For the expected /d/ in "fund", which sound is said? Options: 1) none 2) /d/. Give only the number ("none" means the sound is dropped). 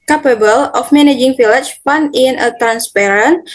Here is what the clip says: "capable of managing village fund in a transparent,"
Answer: 1